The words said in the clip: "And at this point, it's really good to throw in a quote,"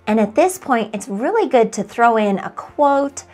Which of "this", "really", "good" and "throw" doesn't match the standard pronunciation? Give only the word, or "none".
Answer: none